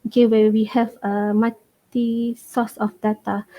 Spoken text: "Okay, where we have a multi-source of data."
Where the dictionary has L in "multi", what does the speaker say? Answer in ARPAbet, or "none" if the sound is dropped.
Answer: none